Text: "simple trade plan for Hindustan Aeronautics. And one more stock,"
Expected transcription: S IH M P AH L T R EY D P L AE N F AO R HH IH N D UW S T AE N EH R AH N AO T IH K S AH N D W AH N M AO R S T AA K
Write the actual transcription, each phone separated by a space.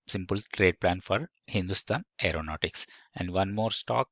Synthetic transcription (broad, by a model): S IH M P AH L T R EY D P L AE N F AO R HH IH N D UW S T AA N EH R AH N AO T IH K S AH N D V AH N M AO R S T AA K